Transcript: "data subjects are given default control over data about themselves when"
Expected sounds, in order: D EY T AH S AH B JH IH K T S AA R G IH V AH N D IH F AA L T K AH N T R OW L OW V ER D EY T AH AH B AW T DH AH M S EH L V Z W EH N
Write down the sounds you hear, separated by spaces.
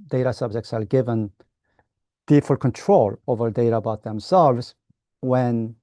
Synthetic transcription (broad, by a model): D EY T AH S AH B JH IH K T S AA L G IH V AH N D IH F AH L K AH N T R OW L OW V ER D EY T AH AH B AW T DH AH M S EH L V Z W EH N